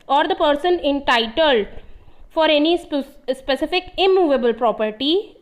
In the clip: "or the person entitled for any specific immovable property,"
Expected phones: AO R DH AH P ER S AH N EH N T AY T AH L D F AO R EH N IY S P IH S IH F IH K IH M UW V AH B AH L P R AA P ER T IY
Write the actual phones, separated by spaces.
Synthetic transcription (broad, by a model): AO R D AH P ER S AH N EH N T AY T AH L D F AO R EH N IY S P IH S IH F IH K IH M UW V AH B AH L P R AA P ER T IY